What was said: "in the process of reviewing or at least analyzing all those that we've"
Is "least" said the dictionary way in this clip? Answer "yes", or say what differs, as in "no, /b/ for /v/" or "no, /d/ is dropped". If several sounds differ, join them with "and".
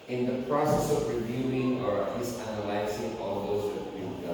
no, /t/ is dropped